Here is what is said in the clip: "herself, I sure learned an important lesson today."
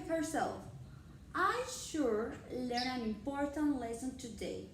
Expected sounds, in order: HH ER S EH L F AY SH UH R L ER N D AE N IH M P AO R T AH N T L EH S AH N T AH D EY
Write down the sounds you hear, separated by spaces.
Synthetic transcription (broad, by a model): HH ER S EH L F AY SH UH R L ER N AE N IH M P AO R T AH N T L EH S AH N T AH D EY